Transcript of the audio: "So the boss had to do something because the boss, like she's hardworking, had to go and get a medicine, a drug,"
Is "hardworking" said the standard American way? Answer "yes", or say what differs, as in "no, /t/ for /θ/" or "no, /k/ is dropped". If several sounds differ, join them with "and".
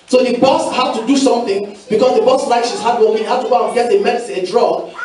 no, /k/ is dropped